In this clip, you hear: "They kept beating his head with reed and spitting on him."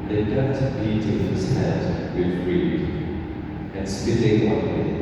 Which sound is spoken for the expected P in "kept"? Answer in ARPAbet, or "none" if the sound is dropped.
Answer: none